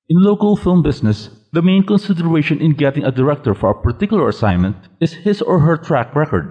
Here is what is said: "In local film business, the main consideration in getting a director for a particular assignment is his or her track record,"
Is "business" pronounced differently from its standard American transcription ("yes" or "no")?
yes